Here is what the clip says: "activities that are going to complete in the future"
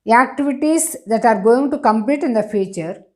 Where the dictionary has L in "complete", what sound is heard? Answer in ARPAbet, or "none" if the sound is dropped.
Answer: L